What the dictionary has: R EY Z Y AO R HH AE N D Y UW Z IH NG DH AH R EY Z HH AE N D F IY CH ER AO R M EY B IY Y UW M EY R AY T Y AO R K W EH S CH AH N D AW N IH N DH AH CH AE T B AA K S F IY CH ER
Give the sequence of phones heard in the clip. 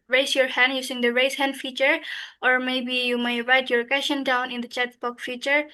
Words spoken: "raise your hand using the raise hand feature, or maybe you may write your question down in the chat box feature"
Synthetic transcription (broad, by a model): R EY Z Y AO R HH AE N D Y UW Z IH NG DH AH R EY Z HH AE N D F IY CH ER AO R M EY B IY Y UW M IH R AY T Y AO R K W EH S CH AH N D AW N IH N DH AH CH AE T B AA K F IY CH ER